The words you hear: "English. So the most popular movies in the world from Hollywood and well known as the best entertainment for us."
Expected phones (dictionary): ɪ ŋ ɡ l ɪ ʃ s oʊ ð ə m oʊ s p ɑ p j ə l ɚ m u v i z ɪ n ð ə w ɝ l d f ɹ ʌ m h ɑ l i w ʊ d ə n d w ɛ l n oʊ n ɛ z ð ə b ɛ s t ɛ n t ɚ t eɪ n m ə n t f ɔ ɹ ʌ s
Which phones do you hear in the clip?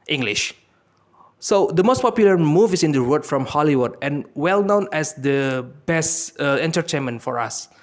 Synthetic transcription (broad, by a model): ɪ ŋ ɡ l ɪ ʃ s oʊ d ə m oʊ s p ɑ p j l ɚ m u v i s ɪ n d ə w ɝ d f ɹ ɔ m h ɑ l i w ʊ d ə n w ɛ l n oʊ n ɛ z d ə b ɛ s t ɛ n t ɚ t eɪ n m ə n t f ɔ ɹ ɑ s